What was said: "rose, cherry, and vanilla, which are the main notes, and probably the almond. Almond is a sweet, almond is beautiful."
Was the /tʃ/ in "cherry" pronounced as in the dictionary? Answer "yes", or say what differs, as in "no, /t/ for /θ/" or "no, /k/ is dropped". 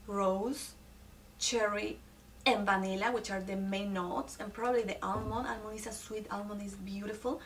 yes